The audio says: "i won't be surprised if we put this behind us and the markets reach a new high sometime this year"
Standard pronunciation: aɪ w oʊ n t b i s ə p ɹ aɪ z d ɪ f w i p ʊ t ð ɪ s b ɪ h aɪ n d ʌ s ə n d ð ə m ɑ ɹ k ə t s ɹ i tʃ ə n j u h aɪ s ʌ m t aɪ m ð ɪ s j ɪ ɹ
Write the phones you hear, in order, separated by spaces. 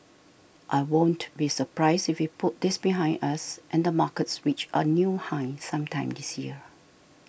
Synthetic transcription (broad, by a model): aɪ w oʊ n t b i s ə p ɹ aɪ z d ɪ f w i p ʊ t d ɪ s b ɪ h aɪ n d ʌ s ə n d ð ə m ɑ k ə t s w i tʃ ə n j u h aɪ s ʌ m t aɪ m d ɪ s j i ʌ